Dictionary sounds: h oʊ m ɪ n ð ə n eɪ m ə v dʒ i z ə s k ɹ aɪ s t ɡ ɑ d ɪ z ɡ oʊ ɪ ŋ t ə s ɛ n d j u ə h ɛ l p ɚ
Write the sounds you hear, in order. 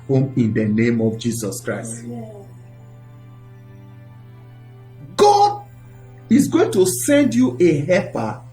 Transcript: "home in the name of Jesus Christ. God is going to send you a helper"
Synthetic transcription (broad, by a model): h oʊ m ɪ n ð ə n eɪ m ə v dʒ i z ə s k ɹ aɪ s t ɡ ɑ d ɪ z ɡ oʊ ɪ ŋ t ə s ɛ n d j u ə h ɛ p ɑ